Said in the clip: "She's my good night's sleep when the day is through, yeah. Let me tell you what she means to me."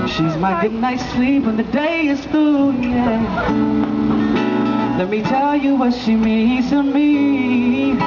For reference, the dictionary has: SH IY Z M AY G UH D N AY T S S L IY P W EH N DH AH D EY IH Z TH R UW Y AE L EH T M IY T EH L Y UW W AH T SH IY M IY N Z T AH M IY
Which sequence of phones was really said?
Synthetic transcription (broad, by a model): SH IY Z M AY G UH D N AY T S S L IY P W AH N DH AH D EY IH Z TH UW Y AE L EH T M IY T EH L Y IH W AH T SH IY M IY Z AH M IY